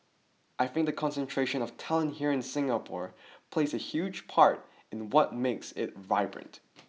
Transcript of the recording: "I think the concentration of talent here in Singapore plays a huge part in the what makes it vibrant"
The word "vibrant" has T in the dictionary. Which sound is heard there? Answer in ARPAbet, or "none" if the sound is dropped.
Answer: T